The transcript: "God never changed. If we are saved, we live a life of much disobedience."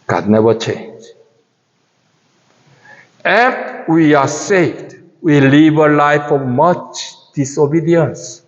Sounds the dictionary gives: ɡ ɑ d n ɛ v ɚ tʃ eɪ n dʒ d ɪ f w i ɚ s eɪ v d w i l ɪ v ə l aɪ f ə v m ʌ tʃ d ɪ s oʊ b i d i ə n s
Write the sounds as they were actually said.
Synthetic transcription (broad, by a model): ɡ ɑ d n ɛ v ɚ tʃ eɪ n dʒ ɪ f w i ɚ s eɪ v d w i l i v ə l aɪ f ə m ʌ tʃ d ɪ s oʊ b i d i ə n s